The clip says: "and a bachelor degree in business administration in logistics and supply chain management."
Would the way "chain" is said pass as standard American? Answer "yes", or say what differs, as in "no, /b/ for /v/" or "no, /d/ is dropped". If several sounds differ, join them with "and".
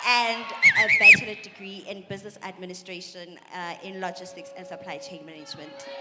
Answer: yes